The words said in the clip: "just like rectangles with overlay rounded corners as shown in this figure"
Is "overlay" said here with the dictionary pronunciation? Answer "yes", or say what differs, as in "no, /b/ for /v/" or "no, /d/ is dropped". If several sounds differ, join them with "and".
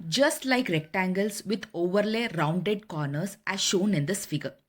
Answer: yes